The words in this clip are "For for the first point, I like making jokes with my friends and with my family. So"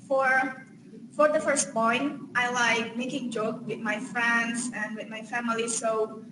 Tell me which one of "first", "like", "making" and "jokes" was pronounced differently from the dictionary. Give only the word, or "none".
jokes